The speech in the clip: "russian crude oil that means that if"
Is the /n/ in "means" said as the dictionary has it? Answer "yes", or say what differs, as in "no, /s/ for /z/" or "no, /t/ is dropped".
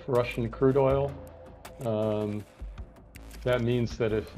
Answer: yes